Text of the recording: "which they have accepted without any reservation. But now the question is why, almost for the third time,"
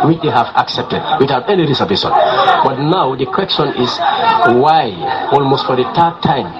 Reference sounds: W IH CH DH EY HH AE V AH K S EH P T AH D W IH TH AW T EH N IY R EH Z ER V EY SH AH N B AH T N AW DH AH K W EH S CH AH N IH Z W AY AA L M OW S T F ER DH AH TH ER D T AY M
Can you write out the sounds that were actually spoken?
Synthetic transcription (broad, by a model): W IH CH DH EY HH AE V AH K S EH P T AH D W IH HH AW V EH N IY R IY S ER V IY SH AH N B AH T N AW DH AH K W EH S CH AH N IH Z W AY AA L M OW S T F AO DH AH T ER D T AY M